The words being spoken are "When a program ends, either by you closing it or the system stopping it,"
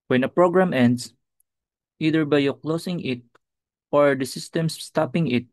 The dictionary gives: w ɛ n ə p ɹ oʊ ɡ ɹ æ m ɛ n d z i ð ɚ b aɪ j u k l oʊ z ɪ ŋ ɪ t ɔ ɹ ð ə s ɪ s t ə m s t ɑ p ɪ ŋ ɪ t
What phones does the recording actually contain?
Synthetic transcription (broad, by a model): w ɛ n ə p ɹ oʊ ɡ ɹ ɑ m ɛ n d s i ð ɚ b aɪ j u k l oʊ s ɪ ŋ ɪ t ɔ ɹ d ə s ɪ s t ə m s t ɑ p ɪ ŋ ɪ t